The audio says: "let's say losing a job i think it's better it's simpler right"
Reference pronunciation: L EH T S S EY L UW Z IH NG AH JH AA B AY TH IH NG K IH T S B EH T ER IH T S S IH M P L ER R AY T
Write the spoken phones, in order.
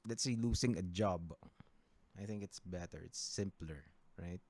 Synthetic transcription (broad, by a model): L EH T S S EY L UW S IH NG AH JH AA B AY TH IH NG K IH T S B EH T ER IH T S S IH M P L ER R AY T